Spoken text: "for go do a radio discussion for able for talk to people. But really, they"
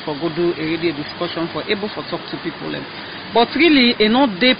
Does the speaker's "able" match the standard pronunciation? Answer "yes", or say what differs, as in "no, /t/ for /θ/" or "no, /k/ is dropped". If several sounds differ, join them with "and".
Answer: yes